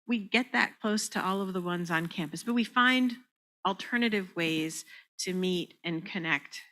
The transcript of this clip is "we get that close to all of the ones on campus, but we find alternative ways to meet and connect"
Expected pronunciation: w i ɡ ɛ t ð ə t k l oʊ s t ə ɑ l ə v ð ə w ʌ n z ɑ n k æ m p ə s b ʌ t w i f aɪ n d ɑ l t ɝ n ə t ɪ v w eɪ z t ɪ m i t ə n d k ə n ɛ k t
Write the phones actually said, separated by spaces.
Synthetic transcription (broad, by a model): w i ɡ ɛ t ð ə t k l oʊ s t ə ɑ l ə v ð ə w ʌ n z n k æ m p ə s b ʌ t w i f aɪ n d l t ɝ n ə t ɪ v w eɪ z t ɪ m i t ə n k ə n ɛ k t